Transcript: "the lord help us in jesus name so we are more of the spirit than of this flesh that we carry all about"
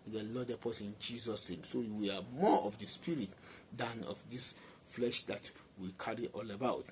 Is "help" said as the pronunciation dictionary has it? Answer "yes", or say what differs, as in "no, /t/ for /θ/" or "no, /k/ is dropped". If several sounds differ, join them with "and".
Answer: no, /l/ is dropped